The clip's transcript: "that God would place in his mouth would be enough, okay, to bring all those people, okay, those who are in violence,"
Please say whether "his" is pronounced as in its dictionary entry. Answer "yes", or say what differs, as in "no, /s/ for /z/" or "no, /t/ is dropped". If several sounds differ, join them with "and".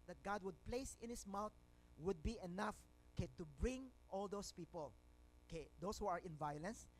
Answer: no, /s/ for /z/